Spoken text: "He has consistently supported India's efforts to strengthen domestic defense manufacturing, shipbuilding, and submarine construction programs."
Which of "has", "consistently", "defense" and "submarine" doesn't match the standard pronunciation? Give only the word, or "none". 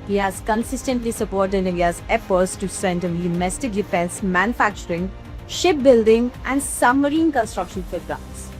submarine